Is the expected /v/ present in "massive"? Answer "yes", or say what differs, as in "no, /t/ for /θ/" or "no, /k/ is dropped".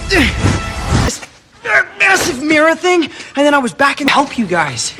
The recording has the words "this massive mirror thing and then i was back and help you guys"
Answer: yes